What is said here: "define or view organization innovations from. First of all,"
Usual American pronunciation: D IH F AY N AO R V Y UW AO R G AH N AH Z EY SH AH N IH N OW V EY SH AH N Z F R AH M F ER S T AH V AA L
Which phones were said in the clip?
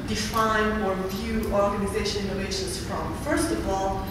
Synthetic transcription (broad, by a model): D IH F AY N AO R V Y UW AO R G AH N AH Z EY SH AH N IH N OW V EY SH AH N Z F R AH M F ER S T AH V AA L